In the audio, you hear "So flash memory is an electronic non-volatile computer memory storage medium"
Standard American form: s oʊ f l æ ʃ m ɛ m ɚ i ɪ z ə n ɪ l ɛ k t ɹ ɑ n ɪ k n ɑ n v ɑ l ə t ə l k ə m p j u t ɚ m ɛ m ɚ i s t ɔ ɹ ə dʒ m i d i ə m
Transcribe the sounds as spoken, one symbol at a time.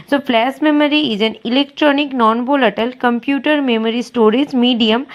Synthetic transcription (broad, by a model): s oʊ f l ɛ s m ɛ m ɚ i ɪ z ə n ɪ l ɛ k t ɹ ɑ n ɪ k n ɑ n b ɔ l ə t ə l k ə m p j u t ɚ m ɛ m ɚ i s t ɔ ɹ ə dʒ m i d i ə m